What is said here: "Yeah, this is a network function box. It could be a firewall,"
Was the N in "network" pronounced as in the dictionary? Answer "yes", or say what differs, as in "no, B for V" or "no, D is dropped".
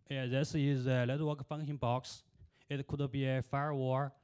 no, L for N